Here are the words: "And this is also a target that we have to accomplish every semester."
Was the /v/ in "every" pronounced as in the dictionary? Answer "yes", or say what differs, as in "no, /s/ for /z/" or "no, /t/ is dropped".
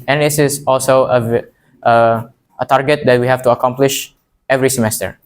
yes